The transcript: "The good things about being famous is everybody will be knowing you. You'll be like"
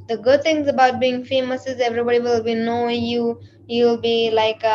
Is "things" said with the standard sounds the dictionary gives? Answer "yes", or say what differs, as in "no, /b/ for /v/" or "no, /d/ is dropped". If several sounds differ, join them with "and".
no, /t/ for /θ/